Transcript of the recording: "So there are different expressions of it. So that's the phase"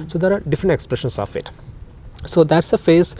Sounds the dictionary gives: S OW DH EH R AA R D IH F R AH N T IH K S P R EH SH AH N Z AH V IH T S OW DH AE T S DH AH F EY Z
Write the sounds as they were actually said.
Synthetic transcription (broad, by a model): S OW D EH R AA R D IH F R AH N T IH K S P R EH SH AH N S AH F IH T S OW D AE T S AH F EY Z